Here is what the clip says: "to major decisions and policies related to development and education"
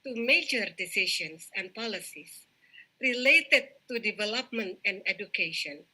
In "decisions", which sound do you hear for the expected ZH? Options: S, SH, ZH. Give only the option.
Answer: SH